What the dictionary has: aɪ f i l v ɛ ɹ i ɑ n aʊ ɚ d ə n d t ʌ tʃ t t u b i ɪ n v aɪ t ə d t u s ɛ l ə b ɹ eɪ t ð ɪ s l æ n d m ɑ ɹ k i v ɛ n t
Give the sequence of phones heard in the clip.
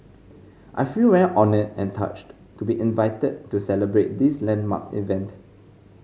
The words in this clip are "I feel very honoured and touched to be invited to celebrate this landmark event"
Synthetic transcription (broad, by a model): aɪ f i l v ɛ l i ɑ n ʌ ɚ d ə n t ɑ tʃ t t u b i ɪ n v aɪ t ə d t u s ɛ l ə b ɹ eɪ t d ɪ s l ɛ n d m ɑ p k i v ɛ n t